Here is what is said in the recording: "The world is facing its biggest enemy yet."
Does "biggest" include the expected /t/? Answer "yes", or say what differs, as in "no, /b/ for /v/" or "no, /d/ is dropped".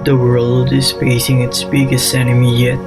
no, /t/ is dropped